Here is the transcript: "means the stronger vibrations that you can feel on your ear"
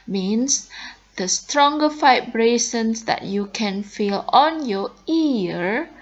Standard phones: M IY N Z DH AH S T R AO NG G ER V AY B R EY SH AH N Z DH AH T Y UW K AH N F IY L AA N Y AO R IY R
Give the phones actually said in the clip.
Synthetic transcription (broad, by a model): M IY N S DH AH S T R AO NG G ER F AY B R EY S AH N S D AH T Y UW K AH N F IY L AA N Y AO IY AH